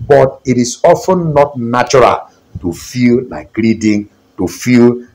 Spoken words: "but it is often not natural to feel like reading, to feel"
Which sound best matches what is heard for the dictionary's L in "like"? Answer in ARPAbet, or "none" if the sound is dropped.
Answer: N